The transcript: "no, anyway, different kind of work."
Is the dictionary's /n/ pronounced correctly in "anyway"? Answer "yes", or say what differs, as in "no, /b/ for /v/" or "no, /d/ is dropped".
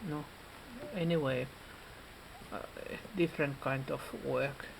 yes